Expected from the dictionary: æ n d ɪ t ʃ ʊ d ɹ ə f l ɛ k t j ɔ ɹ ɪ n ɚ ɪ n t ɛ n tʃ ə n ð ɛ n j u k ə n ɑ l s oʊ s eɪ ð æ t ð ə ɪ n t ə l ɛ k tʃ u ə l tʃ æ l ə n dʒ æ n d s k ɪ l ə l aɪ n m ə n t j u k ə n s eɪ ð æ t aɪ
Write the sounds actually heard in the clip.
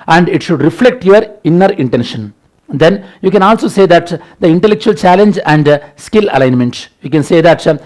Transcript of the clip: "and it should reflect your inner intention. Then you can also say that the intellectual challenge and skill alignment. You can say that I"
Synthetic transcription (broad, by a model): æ n d ɪ t ʃ ʊ d ɹ ə f l ɛ k t j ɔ ɹ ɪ n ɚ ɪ n t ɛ n ʃ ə n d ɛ n j u k ə n ɑ l s oʊ s eɪ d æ t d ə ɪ n t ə l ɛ k tʃ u ə l tʃ æ l ə n dʒ æ n d s k ɪ l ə l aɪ n m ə n t j u k ə n s eɪ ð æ t